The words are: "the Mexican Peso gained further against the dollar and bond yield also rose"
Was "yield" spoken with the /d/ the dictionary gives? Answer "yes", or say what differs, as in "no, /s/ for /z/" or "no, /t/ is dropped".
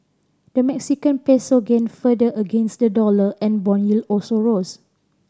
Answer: no, /d/ is dropped